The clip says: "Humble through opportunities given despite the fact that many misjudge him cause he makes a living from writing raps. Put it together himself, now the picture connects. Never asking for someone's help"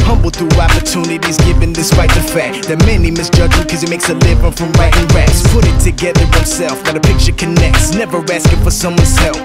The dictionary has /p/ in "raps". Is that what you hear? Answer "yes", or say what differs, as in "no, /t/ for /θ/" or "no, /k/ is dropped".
no, /p/ is dropped